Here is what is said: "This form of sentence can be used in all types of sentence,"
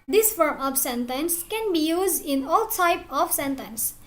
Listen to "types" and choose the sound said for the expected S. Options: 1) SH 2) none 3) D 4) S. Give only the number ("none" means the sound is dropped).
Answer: 2